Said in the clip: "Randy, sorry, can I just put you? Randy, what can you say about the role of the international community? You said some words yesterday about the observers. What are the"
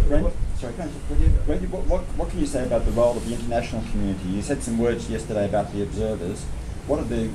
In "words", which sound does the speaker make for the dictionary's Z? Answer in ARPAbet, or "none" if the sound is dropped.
Z